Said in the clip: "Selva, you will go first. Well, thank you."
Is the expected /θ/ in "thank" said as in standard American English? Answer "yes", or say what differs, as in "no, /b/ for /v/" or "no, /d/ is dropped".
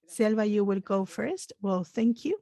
yes